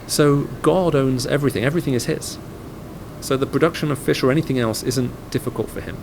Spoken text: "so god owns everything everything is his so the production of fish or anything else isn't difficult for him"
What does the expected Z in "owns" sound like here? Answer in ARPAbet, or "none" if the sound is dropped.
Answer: Z